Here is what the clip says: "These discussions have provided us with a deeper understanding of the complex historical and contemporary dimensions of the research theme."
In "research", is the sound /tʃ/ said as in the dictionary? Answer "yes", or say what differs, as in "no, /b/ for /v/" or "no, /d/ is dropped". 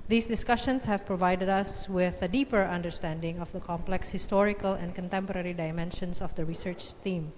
yes